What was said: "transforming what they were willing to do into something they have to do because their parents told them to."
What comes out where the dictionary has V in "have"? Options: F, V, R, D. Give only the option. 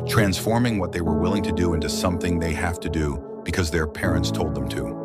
F